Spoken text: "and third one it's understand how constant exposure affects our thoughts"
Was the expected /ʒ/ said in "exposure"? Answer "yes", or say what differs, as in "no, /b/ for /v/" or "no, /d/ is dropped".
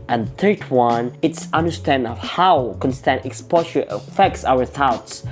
no, /ʃ/ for /ʒ/